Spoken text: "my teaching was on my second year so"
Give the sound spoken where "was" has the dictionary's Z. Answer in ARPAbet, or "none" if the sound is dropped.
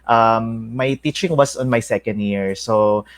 S